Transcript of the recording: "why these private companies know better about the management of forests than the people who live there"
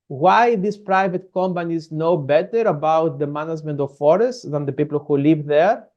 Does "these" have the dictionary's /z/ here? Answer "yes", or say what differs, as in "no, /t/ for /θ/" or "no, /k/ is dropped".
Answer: no, /s/ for /z/